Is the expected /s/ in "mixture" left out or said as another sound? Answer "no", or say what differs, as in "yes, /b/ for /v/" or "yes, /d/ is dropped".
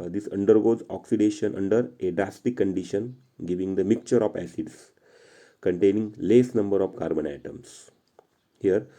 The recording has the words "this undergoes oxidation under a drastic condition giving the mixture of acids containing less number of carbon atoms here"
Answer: yes, /s/ is dropped